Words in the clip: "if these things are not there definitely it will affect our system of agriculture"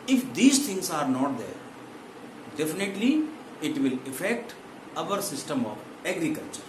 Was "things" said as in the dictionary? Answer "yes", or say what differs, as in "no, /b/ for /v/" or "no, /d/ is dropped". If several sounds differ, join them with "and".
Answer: no, /t/ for /θ/